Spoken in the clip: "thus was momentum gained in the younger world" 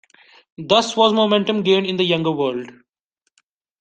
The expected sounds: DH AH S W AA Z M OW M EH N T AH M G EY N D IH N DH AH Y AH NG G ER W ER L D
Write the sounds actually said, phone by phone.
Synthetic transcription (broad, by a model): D AH S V AA Z M OW M EH N T AH M G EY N IH N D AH Y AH NG G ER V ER L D